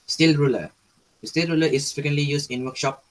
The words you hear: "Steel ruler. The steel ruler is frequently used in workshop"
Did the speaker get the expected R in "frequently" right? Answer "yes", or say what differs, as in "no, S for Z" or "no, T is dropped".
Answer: no, R is dropped